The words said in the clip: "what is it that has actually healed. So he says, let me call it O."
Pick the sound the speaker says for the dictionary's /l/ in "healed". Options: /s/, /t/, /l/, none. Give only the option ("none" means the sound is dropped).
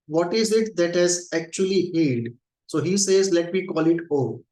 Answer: none